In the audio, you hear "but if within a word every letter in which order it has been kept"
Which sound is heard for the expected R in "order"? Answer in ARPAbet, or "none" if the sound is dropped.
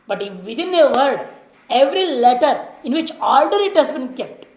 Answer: L